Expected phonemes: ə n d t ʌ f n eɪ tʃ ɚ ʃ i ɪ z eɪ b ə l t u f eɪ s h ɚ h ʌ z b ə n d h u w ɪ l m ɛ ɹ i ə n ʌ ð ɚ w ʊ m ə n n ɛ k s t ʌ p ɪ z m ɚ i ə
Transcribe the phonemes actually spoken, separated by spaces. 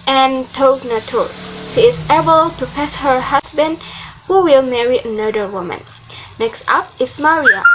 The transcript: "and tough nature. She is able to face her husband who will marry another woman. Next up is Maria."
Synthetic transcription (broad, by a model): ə n t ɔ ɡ n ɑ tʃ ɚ ʃ i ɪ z eɪ b ə l t u p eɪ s h ɚ h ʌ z b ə n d h u w ɪ l m ɛ ɹ i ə n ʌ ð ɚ w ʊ m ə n n ɛ k s t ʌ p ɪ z m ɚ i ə